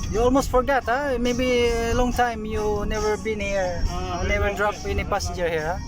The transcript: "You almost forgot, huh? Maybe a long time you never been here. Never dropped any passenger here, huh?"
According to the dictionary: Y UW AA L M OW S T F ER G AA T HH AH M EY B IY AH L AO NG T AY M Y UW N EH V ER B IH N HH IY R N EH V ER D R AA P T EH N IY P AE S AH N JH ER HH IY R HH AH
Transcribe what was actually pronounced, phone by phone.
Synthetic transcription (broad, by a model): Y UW AA L M OW S T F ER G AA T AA M EY B IY L AO NG T AY M Y UW N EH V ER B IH N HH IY R N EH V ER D R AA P EH N IY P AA S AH JH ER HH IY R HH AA